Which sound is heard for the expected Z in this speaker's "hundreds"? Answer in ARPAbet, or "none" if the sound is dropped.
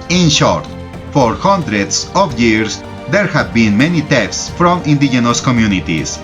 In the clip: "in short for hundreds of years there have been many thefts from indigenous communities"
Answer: S